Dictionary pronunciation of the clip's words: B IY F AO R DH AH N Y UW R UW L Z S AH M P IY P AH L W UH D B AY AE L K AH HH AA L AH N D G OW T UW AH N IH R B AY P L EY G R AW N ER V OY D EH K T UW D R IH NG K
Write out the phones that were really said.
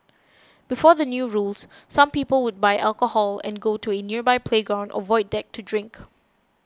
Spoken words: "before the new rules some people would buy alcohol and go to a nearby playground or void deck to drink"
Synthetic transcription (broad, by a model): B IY F AO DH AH N Y UW R UW L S S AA M P IY P AH L W UH D B AY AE L K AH HH AA L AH N G OW T UW AH N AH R B AY P L EY G R AW N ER V OY D EH K T UW D R IH NG K